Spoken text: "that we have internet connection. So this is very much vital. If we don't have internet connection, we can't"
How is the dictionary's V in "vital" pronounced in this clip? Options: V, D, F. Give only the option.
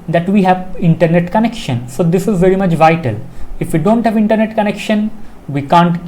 V